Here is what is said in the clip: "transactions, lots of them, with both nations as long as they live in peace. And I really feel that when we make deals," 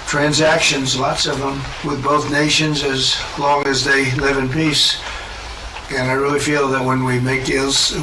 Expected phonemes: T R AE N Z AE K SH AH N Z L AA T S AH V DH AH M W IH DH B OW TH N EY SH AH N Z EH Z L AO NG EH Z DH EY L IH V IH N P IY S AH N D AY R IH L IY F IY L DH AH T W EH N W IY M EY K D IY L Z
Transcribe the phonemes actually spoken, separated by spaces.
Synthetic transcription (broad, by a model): T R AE N Z AE K SH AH N Z L AA T S AH V DH AH M W IH DH B OW TH N EY SH AH N Z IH Z L AO NG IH Z DH EY L IH V IH N P IY S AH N AY R IH L IY F IY L DH AH T W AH N W IY M EY K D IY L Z